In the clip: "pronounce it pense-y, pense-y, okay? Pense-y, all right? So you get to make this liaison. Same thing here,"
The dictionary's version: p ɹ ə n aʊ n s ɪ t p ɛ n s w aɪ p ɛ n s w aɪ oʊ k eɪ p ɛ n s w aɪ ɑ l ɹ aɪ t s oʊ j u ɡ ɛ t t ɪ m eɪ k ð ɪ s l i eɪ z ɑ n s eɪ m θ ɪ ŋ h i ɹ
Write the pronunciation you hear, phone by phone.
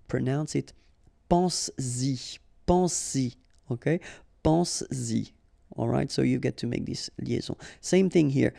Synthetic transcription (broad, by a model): p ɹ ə n aʊ n s ɪ t p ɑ s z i p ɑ s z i oʊ k eɪ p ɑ s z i ɑ l ɹ aɪ t s oʊ j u ɡ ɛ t t ɪ m eɪ k ð ɪ s l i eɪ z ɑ s eɪ m θ ɪ ŋ h i ɹ